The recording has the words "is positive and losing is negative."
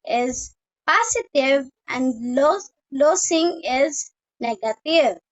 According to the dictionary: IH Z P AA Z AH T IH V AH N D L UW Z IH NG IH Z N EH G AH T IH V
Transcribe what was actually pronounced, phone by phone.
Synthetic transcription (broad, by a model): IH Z P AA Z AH T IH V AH N D L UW S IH NG IH Z N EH G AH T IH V